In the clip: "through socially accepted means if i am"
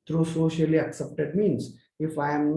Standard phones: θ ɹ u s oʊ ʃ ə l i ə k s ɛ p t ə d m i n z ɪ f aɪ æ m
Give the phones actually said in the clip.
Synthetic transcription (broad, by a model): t ɹ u s oʊ ʃ ə l i ə k s ɛ p t ə d m i n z ɪ f aɪ m